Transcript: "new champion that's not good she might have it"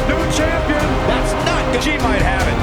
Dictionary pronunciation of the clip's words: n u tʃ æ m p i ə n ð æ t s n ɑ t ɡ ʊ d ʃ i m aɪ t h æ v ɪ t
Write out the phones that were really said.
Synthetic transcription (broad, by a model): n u tʃ æ m p i ə n ð æ t s n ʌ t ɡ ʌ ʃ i m aɪ t h æ v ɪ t